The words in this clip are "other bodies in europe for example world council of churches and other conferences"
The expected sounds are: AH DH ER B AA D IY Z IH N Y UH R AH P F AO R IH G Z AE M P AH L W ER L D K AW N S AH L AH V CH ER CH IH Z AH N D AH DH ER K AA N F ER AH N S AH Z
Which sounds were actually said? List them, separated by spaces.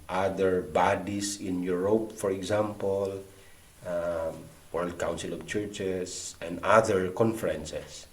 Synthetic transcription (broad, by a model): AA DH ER B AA D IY S IH N Y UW R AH P F AO R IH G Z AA M P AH L W ER L D K AW N S AH L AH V CH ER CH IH S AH N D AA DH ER K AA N F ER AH N S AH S